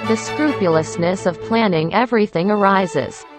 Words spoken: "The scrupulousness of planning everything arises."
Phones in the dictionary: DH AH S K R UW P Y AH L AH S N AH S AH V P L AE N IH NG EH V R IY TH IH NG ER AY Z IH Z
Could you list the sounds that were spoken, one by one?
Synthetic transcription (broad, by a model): DH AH S K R UW P Y L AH S N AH S AH V P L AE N IH NG EH V R IY TH IH NG ER AY Z IH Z